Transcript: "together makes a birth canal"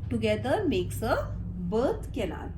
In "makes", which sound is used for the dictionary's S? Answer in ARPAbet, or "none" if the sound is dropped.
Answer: S